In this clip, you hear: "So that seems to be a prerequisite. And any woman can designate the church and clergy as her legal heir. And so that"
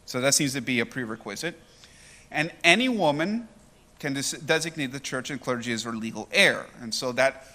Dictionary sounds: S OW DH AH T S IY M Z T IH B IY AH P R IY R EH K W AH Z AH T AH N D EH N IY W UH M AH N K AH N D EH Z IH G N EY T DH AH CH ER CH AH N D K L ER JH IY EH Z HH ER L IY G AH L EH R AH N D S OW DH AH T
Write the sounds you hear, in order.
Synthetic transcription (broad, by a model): S OW DH AH T S IY M Z T IH B IY AH P R IY R EH K W AH Z AH T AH N EH N IY W UH M AH N K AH N D EH Z IH G N EY T DH AH CH ER CH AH N K L ER JH IY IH Z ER L IY G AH L EH R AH N S OW DH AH T